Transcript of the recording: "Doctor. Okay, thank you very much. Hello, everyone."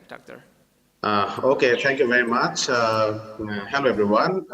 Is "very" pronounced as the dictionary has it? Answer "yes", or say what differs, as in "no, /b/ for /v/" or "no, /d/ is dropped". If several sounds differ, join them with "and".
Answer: yes